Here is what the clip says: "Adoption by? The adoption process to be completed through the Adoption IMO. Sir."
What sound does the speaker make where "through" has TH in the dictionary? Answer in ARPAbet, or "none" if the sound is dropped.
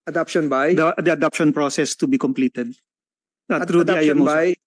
T